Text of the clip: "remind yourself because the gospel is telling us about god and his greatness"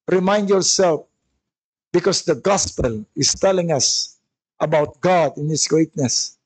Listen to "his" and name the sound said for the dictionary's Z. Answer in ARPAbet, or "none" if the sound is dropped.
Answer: S